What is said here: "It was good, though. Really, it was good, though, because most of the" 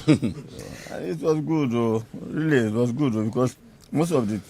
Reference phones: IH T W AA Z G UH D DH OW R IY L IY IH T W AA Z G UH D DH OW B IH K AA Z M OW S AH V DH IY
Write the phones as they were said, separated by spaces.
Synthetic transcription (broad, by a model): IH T W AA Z G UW D OW R IY L IY IH T W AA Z G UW D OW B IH K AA S M OW S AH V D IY